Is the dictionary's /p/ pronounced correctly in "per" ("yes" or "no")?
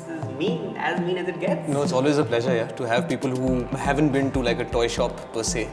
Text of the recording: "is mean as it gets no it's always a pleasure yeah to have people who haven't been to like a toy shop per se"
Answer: yes